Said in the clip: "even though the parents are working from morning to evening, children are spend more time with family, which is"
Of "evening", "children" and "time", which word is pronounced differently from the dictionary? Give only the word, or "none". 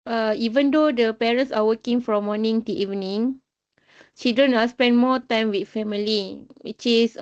children